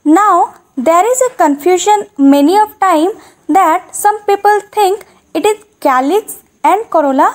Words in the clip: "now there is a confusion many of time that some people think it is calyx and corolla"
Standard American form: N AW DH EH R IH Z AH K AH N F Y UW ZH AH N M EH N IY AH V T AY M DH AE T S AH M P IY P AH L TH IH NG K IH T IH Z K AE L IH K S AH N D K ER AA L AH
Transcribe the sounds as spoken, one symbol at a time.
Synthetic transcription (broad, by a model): N AW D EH R IH Z AH K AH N F Y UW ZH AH N M EH N IY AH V T AY M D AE T S AH M P IY P AH L T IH NG K IH T IH Z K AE L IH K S AH N D K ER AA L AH